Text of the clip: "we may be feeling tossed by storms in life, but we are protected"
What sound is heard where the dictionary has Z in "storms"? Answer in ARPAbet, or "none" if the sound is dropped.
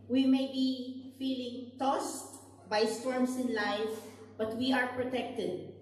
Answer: S